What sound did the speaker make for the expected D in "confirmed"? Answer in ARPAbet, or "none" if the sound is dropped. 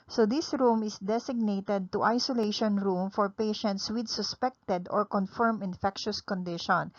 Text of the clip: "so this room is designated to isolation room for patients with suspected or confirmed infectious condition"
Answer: none